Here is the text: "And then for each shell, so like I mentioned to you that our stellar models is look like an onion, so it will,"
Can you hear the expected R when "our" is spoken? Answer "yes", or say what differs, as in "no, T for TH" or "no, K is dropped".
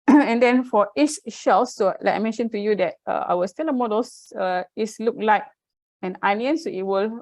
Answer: no, W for R